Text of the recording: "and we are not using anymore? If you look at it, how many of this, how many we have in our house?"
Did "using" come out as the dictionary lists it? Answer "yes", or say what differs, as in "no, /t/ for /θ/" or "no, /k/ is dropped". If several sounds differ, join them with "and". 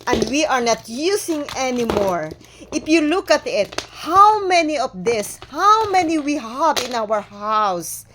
no, /s/ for /z/